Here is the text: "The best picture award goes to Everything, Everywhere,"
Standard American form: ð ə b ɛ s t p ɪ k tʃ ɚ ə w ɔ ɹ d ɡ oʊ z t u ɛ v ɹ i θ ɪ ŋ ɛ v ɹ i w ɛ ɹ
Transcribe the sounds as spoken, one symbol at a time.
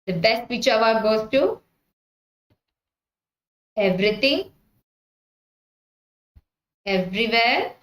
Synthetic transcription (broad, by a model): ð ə b ɛ s t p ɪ tʃ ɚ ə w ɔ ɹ ɡ oʊ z t u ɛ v ɹ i t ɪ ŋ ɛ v ɹ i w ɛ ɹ